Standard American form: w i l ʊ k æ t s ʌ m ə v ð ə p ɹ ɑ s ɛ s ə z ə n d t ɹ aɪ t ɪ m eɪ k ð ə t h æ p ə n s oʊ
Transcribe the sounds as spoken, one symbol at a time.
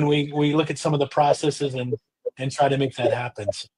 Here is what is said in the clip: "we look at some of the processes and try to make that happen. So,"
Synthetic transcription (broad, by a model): w i l ʊ k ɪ t s ʌ m ə v ð ə p ɹ ɑ s ɛ s ə z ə n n t ɹ aɪ t ɪ m eɪ k ð ə t h æ p ə n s